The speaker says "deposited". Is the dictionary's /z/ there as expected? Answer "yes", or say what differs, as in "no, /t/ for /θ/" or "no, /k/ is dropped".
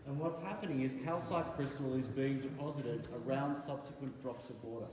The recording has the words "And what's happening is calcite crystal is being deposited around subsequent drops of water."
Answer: yes